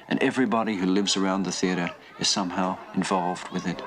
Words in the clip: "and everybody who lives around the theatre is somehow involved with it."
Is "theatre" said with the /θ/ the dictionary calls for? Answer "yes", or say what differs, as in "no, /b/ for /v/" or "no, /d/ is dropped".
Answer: yes